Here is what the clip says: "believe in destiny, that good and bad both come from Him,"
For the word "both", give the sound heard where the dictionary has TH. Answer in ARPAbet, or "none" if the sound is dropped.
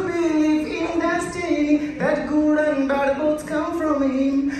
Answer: T